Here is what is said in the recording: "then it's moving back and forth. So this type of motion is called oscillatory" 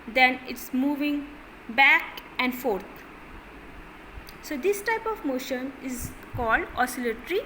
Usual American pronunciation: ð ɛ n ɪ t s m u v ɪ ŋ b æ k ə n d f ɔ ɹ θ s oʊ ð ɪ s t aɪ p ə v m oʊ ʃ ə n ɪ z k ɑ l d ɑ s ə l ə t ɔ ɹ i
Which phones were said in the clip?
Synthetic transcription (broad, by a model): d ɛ n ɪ t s m u v ɪ ŋ b æ k ə n d f ɔ ɹ t s oʊ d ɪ s t aɪ p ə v m oʊ ʃ ə n ɪ z k ɑ l d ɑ s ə l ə t ɹ i